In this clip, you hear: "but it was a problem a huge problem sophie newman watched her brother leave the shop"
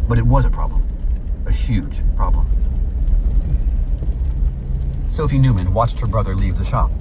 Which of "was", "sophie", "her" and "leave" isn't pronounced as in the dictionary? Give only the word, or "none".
none